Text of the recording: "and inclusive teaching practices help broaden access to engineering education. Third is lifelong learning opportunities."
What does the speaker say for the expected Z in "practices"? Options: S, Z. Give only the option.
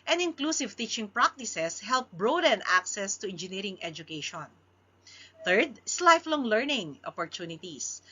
S